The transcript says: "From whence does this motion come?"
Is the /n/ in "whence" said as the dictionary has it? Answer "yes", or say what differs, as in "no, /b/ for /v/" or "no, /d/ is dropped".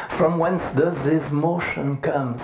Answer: yes